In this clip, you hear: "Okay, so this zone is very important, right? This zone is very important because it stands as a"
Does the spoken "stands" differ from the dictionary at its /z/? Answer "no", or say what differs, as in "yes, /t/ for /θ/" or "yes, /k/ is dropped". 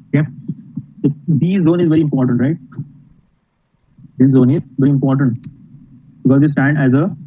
yes, /z/ is dropped